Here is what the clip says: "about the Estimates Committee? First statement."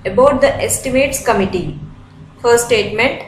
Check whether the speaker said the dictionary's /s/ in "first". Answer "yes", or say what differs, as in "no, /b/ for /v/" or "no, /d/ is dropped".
no, /s/ is dropped